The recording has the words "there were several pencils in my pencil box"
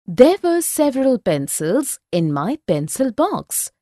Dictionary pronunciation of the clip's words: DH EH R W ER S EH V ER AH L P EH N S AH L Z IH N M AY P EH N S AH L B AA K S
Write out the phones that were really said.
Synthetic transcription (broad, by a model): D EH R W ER S EH V ER AH L P EH N S AH L Z IH N M AY P EH N S AH L B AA K S